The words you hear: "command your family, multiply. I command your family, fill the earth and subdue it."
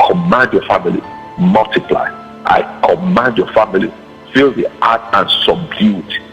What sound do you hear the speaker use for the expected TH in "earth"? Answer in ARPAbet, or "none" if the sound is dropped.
T